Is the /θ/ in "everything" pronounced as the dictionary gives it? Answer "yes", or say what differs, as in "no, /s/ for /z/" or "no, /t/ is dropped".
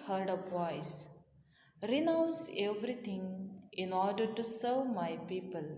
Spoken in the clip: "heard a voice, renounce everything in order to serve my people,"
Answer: no, /t/ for /θ/